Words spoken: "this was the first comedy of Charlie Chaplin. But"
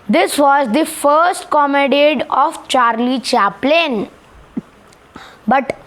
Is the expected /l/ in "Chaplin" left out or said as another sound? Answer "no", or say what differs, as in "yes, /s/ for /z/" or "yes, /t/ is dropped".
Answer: no